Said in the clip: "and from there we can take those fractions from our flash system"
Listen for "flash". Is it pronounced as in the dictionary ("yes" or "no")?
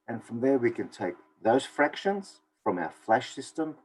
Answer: yes